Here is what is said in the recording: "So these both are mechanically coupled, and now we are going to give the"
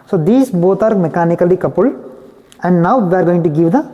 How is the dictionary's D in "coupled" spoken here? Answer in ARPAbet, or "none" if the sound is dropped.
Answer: none